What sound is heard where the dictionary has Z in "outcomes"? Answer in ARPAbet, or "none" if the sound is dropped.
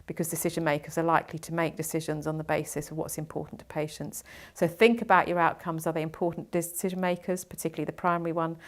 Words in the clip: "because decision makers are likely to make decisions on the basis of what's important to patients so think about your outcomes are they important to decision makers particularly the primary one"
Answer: Z